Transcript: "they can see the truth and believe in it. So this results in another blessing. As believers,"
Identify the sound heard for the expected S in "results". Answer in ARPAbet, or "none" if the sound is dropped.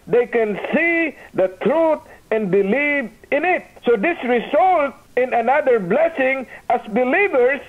none